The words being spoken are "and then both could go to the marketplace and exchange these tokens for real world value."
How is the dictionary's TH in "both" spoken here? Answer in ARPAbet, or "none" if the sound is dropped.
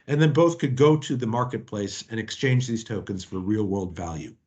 TH